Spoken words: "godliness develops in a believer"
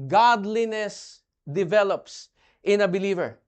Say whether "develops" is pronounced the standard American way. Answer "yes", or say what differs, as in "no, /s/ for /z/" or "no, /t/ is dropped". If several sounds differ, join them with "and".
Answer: yes